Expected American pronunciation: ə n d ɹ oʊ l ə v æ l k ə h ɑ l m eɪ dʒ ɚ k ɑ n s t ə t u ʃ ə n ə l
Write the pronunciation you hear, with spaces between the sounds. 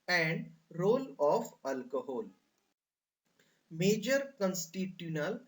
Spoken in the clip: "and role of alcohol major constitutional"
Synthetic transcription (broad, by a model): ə n d ɹ oʊ l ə f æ l k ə h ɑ l m eɪ dʒ ɚ k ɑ n s t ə t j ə n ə l